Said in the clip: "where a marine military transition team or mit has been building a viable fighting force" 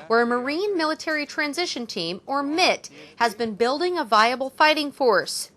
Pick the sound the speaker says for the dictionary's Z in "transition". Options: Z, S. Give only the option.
Z